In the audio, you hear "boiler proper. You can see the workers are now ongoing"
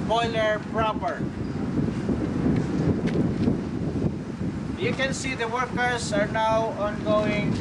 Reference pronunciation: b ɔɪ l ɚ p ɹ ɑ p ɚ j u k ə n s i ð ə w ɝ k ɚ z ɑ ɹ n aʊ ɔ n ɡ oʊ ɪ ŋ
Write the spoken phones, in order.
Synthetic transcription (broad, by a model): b ɔɪ l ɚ p ɹ ɑ p ɚ j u k ə n s i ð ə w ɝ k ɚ s ɑ ɹ n aʊ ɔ n ɡ oʊ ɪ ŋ